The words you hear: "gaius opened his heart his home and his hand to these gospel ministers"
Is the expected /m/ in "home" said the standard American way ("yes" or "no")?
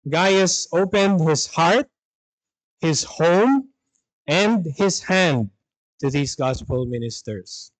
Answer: yes